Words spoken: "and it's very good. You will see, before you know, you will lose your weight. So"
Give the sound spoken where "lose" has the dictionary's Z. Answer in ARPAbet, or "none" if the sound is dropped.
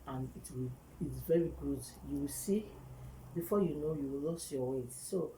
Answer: S